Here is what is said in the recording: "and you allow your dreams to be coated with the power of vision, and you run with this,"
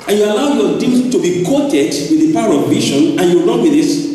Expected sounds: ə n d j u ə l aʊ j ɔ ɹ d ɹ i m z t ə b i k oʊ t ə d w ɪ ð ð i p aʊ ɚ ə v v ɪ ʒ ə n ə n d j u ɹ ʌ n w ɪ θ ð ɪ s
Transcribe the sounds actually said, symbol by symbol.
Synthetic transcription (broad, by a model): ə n j u ə l aʊ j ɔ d i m t ə b i k oʊ t ə d w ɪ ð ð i p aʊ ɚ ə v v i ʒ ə n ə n j u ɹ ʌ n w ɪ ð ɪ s